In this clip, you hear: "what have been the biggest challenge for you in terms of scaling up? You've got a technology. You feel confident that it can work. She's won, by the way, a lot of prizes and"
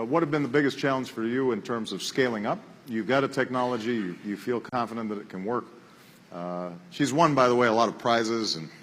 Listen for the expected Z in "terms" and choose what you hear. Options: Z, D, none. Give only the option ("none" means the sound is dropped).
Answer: Z